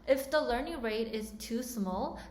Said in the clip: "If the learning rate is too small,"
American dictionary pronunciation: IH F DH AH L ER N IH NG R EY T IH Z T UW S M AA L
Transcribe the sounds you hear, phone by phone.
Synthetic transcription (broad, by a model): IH F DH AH L ER N IH NG R EY T IH Z T UW S M AA L